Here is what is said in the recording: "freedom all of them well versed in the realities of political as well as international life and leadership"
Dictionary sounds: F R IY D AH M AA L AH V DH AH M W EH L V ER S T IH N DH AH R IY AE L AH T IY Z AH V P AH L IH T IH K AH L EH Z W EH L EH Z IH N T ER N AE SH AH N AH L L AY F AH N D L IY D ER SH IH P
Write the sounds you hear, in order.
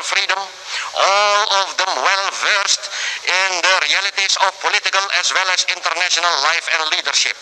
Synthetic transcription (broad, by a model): F R IY D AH M AA L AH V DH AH M W EH L V ER S T IH N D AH R IY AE L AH T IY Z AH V P AH L IH T IH K AH L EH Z W EH L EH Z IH N T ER N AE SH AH N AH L L AY F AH N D L IY D ER SH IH P